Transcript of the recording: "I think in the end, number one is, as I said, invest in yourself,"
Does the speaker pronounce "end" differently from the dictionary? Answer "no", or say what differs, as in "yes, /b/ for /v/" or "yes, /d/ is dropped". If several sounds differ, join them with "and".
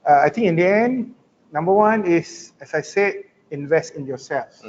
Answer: no